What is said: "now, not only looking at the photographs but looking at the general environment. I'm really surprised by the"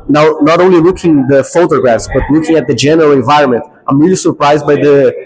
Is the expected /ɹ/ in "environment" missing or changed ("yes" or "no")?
no